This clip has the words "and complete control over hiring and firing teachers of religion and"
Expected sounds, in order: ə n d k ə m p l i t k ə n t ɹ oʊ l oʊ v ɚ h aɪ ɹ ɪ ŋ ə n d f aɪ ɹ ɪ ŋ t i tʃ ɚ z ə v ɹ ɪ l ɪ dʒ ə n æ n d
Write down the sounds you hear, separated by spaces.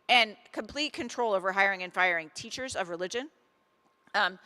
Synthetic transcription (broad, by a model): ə n k ə m p l i t k ə n t ɹ oʊ l oʊ v ɚ h aɪ ɹ ɪ ŋ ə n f aɪ ɹ ɪ ŋ t i tʃ ɚ z ə v ɹ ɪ l ɪ dʒ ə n n